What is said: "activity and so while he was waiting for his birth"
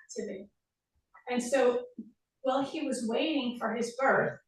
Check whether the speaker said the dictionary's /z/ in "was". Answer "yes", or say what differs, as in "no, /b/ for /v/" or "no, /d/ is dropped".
yes